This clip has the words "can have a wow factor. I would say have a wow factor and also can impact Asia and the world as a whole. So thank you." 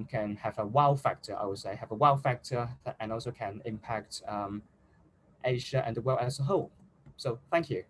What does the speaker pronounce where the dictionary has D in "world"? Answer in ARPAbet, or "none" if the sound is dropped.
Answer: none